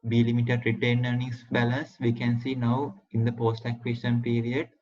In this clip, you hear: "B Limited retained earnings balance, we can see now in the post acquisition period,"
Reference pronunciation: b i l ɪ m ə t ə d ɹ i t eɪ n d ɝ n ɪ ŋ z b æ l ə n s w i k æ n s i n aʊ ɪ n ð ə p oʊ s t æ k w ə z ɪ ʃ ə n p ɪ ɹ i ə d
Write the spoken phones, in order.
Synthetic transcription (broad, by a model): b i l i m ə t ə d ɹ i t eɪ n ɝ n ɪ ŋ s b æ l ə n s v i k æ n s i n aʊ ɪ n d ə p oʊ s t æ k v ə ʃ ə n p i ɹ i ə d